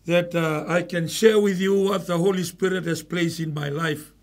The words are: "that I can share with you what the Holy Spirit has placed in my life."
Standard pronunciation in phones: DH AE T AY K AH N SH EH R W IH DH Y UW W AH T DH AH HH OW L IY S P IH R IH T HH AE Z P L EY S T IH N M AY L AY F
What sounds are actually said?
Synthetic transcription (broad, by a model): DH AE T AY K AH N SH EH R W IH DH Y UW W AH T DH AH HH OW L IY S P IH R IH T HH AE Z P L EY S IH N M AY L AY F